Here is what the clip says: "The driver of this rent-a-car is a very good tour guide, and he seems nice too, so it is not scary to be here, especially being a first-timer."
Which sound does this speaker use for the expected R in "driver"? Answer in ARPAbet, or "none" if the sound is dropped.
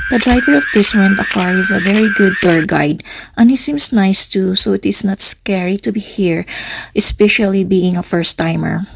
R